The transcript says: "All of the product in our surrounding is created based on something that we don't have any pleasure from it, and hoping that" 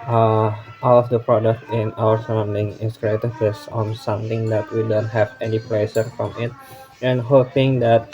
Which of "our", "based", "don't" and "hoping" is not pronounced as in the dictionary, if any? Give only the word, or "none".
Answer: based